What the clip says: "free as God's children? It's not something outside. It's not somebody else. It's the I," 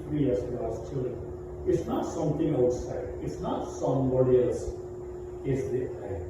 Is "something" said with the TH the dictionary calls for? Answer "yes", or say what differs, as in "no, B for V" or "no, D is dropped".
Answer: no, T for TH